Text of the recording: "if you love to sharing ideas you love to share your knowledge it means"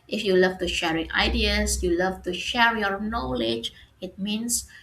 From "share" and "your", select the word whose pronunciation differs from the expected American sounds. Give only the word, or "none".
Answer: none